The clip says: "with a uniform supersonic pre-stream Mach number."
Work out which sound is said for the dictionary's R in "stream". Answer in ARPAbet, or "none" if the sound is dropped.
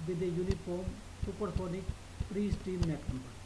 none